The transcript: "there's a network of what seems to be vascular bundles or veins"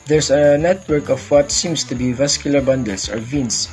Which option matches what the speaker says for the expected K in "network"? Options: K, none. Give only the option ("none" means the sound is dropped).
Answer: K